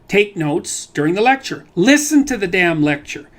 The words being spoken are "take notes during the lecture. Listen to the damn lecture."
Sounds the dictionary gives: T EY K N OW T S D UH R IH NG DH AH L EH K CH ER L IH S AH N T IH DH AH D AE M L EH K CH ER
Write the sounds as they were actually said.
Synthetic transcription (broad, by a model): T EY K N OW T S D UH R IH NG DH AH L EH K CH ER L IH S AH N T IH DH AH D AE M L EH K CH ER